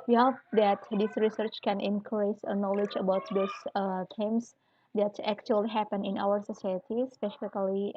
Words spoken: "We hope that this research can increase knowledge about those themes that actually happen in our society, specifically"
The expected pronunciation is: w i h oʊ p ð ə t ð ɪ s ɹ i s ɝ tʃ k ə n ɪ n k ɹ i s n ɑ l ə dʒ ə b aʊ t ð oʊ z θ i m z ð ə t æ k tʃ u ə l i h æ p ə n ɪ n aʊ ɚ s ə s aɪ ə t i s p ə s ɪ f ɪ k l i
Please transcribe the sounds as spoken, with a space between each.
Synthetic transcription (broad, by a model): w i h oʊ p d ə t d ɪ s ɹ i s ɝ tʃ k ə n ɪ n k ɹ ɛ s n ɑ l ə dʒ ə b aʊ t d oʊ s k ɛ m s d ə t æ k tʃ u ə l i h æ p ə n ɪ n aʊ ɚ s ə s aɪ ə t i s p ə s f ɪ k l i